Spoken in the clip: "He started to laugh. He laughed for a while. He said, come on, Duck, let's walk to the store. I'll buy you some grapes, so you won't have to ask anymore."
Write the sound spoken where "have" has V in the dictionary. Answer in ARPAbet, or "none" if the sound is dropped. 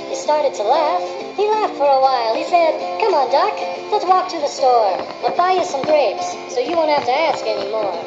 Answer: F